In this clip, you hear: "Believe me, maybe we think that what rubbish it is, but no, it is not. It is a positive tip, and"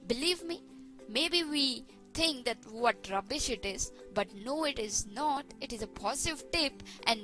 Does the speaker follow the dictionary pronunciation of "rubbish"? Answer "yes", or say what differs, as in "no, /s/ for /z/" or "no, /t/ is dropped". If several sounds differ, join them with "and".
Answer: yes